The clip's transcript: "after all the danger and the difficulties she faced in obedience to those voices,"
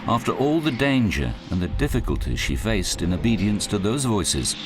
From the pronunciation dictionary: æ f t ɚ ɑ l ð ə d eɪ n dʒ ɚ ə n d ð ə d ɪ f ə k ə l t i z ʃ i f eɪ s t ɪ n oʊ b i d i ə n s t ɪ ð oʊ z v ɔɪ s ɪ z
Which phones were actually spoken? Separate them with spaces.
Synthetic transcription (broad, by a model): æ f t ɚ ɑ l ð ə d eɪ n dʒ ɚ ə n ð ə d ɪ f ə k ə l t i ʃ i f eɪ s t ɪ n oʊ b i d i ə n s t ɪ ð oʊ z v ɔɪ s ɪ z